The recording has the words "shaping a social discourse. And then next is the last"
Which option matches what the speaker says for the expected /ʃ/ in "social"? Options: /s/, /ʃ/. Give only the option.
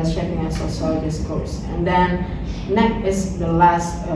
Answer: /s/